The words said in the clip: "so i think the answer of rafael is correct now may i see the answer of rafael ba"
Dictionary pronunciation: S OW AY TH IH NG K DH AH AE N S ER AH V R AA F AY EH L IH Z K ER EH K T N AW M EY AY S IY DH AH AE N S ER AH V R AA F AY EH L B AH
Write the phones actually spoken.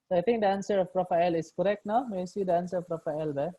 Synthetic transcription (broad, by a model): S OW AY T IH NG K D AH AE N S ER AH P R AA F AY L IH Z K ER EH K T N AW M EY S IY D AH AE N S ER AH P R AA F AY L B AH